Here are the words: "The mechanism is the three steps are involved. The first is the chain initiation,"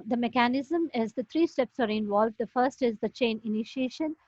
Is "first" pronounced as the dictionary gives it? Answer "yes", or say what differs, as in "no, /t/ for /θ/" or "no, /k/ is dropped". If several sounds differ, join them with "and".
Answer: yes